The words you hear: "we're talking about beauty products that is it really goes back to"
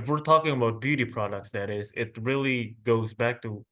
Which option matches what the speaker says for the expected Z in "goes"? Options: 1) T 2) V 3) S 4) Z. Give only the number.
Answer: 4